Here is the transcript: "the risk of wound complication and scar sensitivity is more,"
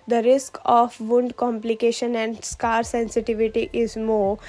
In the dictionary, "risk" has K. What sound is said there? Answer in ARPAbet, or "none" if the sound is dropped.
K